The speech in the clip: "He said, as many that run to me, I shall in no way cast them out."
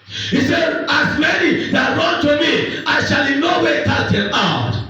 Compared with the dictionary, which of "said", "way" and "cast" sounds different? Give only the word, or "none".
cast